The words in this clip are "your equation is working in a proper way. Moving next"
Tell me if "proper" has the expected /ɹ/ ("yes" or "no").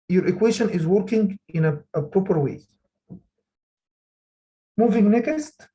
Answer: yes